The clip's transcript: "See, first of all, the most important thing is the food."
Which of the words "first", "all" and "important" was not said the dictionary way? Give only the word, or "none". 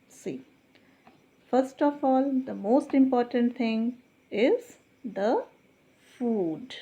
none